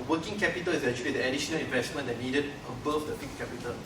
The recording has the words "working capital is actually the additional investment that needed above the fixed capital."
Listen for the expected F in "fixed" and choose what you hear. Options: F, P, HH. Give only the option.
P